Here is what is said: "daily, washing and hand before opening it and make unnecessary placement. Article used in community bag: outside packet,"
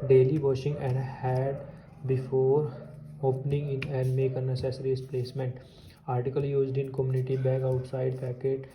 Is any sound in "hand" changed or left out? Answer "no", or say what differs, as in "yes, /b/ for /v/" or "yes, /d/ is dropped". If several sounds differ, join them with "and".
yes, /n/ is dropped